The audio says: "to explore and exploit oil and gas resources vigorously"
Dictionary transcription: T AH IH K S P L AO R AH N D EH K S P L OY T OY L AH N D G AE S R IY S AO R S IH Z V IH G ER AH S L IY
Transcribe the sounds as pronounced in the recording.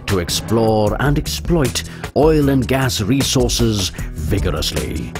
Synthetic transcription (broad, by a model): T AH IH K S P L AO R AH N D EH K S P L OY T OY L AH N G AE S R IY S AO R S IH Z V IH G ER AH S L IY